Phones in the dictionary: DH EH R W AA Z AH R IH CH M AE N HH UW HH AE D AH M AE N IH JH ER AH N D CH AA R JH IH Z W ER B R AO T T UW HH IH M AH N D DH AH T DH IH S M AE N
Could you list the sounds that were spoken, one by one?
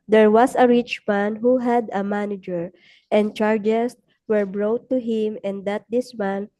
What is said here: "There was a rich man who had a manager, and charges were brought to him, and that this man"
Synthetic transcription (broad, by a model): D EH R W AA S AH R IH CH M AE N HH UW HH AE D AH M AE N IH JH ER AH N D CH AA R JH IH S W ER B R AO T T UW HH IH M AH N D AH T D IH S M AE N